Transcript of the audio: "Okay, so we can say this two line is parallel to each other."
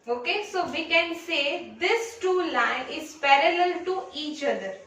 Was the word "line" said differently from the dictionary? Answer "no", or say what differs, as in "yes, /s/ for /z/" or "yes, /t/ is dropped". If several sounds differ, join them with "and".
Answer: no